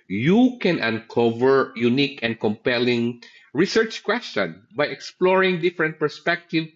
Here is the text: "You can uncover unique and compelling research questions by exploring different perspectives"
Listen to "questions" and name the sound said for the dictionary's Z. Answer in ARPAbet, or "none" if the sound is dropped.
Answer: none